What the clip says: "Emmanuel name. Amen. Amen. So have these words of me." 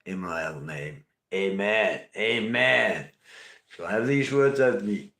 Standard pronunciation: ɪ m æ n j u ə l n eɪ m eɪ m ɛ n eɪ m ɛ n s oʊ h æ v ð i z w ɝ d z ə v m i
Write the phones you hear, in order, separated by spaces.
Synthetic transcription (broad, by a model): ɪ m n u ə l n eɪ m eɪ m ɛ n eɪ m ɛ n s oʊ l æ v ð i z w ɝ d z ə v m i